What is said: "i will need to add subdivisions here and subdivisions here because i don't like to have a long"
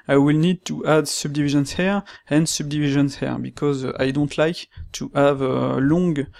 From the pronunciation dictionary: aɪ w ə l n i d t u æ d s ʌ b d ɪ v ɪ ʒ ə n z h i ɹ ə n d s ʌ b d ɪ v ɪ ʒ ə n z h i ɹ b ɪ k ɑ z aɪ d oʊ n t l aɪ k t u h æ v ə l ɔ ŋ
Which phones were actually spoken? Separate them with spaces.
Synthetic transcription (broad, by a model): aɪ w ə l n i d t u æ d s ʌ b d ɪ v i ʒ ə n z h i ɹ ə n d s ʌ b d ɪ v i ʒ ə n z h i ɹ b ɪ k ɑ z aɪ d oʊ n t l aɪ k t u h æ v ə l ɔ ŋ